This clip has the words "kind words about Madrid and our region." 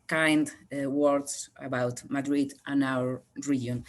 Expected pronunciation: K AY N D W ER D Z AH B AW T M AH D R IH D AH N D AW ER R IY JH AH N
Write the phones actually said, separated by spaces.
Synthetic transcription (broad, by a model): K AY N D W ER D S AH B AW T M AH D R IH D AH N AW ER R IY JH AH N